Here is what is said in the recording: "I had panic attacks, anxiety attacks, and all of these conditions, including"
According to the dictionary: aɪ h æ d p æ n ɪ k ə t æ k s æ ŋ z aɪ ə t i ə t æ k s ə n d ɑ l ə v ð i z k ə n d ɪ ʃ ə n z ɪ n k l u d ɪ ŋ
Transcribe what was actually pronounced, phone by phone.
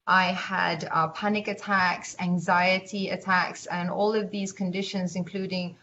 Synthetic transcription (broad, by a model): aɪ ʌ d p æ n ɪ k ə t æ k s æ ŋ z aɪ ə t i ə t æ k s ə n ɑ l ə v ð i z k ə n d ɪ ʃ ə n z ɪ n k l u d ɪ ŋ